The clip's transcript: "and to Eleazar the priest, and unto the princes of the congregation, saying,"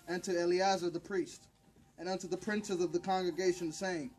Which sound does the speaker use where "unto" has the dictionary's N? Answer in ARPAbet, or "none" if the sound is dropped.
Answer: N